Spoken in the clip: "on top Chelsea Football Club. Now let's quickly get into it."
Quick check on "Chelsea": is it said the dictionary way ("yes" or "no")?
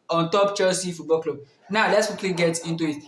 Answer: no